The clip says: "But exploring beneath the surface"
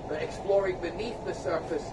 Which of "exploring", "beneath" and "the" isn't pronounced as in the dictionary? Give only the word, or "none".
none